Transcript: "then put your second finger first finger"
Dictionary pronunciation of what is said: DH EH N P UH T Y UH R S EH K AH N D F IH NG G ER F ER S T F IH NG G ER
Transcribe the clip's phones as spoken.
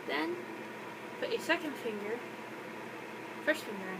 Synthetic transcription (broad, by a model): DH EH N F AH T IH S EH K AH N D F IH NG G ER F ER S T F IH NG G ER